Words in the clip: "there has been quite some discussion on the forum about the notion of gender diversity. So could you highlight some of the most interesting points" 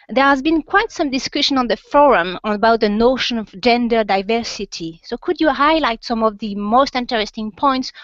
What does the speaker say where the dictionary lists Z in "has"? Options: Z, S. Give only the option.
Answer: Z